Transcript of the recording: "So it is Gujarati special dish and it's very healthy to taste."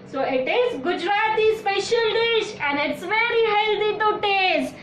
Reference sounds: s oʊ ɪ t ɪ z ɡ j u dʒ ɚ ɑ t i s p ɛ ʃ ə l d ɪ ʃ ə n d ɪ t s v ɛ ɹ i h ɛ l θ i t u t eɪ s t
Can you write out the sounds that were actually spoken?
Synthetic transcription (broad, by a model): s oʊ ɪ t ɪ z ɡ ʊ dʒ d ɑ t i s p ɛ ʃ ə l d ɪ ʃ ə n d ɪ t s v ɛ ɹ i h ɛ l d i t u t eɪ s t